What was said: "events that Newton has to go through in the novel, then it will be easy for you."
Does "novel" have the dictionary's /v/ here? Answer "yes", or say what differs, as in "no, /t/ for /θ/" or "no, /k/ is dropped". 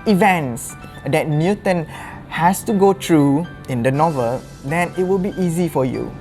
yes